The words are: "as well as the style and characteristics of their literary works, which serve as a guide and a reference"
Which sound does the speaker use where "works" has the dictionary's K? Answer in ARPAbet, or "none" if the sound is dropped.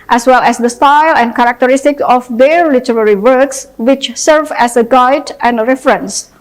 K